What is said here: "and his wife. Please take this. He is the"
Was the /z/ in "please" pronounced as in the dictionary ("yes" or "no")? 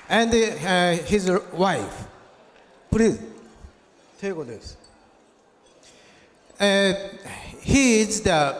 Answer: no